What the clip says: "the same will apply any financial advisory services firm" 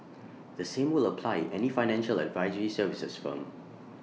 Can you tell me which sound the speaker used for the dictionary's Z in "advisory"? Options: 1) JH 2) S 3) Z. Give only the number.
3